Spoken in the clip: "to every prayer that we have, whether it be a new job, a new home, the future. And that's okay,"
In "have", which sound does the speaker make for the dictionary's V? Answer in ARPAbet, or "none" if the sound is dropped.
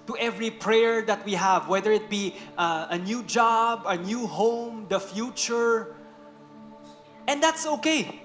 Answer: V